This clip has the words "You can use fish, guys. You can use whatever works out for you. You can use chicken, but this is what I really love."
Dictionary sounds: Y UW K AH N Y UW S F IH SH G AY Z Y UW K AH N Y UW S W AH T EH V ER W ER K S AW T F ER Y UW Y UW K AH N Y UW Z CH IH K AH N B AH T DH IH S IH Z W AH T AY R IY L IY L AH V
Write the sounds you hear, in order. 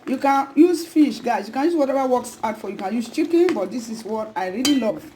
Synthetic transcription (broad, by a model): Y UW K AH N Y UW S F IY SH G AY S Y UW K AH N Y UW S W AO T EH V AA W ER K S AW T F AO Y Y UW K AH N Y UW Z CH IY K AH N B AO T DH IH S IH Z W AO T AY R IY L IY L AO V